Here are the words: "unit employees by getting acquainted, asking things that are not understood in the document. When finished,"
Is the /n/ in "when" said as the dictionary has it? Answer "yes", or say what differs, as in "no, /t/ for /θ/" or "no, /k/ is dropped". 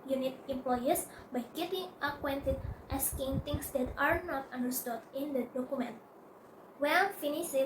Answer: no, /l/ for /n/